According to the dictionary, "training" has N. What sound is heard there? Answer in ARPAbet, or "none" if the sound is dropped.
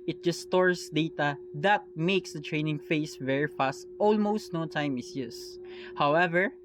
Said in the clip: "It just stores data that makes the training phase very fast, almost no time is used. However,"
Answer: N